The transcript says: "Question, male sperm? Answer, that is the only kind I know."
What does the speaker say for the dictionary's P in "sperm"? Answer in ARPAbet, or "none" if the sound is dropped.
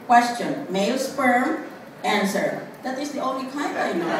F